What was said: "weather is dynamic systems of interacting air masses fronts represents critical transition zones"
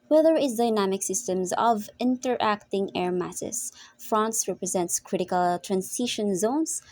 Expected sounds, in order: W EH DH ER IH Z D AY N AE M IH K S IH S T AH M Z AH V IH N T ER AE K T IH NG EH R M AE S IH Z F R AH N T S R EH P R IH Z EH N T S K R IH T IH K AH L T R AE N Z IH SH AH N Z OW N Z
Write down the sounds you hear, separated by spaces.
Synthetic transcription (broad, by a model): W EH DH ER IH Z D AY N AE M IH K S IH S T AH M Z AH V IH N T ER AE K T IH NG EH R M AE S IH S F R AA N S R EH P R IH Z EH N T S K R IH T IH K AH L T R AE N S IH SH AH N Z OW N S